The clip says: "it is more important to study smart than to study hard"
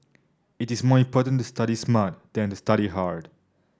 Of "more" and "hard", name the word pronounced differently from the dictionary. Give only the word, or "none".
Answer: none